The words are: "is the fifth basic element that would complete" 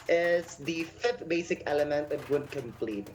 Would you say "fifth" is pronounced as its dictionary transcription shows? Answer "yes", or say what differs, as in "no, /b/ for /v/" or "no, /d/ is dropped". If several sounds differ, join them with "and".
yes